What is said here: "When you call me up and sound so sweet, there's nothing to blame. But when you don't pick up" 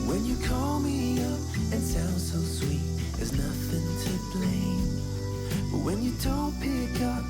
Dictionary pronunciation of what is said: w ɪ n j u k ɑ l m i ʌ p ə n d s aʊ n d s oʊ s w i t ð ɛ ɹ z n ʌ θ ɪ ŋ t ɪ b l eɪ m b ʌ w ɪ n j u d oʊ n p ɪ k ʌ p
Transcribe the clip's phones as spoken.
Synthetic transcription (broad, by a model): w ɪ n j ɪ k ɑ l m i ʌ p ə n s aʊ n d s oʊ s w i t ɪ z n ʌ θ ɪ ŋ t ɪ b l eɪ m b ʌ w ɪ n j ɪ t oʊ l p ɪ k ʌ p